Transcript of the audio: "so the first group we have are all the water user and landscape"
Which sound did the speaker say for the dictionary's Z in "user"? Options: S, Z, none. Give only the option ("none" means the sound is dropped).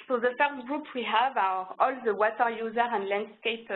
Z